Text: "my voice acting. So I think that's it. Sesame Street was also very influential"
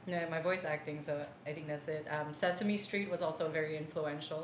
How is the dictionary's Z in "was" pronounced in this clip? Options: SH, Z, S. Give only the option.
Z